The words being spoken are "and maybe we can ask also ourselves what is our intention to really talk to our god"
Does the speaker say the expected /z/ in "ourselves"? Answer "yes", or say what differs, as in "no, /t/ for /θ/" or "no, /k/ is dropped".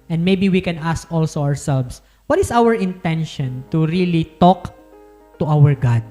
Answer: no, /s/ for /z/